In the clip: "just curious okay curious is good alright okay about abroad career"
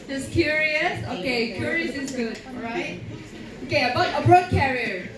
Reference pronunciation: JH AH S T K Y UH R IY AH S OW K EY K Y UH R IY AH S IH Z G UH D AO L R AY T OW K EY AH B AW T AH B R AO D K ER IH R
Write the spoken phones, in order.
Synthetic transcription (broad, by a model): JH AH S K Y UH R IY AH S OW K EY K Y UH R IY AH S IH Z G UH D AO R AY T OW K EY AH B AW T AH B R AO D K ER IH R